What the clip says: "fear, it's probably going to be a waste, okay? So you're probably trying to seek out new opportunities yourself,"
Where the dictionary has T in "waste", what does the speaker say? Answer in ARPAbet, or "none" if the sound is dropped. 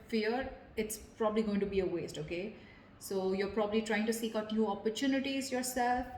T